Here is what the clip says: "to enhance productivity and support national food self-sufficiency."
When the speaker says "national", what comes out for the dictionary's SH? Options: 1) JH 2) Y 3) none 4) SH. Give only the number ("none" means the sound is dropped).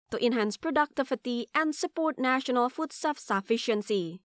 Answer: 4